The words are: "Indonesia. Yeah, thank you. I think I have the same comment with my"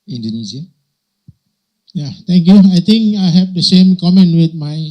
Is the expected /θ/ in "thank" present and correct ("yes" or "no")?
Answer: no